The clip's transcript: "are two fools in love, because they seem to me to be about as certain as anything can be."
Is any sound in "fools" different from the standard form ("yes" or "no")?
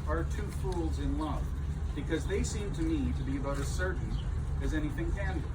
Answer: no